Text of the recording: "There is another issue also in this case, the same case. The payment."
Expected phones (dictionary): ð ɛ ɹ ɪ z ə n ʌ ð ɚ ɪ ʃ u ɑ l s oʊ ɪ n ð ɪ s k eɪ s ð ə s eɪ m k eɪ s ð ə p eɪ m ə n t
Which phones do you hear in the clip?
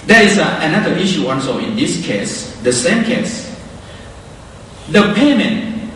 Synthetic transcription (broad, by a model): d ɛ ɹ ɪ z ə n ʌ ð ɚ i ʃ u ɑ n s oʊ ɪ n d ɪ s k eɪ s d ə s eɪ m k eɪ s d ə p eɪ m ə n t